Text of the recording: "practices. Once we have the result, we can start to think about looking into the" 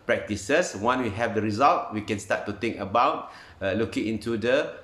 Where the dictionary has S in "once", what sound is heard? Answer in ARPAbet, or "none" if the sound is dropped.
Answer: none